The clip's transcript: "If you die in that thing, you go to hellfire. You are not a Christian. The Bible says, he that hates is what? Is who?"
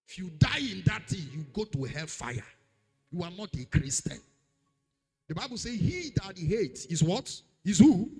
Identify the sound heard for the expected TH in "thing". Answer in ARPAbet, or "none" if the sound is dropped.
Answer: T